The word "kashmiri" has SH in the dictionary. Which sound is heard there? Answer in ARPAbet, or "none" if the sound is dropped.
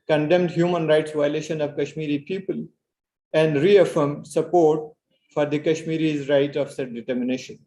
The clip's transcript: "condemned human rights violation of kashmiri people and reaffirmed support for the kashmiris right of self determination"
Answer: SH